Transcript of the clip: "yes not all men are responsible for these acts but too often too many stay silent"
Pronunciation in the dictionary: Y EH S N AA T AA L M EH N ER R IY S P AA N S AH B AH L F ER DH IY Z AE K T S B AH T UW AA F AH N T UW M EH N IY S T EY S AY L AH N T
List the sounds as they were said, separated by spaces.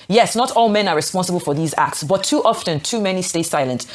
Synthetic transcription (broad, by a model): Y EH S N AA T AA L M EH N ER R IY S P AA N S AH B AH L F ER DH IY Z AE K T S B AH T UW AA F AH N T UW M EH N IY S T EY S AY L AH N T